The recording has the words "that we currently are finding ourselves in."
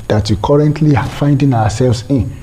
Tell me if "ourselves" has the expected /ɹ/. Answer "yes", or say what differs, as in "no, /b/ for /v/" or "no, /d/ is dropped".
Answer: no, /w/ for /ɹ/